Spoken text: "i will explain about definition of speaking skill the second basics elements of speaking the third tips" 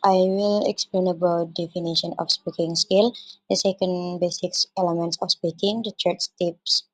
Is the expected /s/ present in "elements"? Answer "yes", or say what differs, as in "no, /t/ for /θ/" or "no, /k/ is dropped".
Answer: yes